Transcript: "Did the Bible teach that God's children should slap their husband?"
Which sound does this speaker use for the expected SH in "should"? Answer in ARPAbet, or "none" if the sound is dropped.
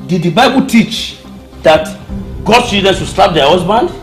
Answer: S